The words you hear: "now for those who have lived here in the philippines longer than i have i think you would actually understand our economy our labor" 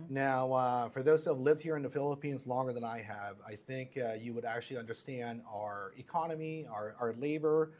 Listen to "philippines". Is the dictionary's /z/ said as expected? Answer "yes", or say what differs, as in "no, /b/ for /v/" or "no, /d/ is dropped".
yes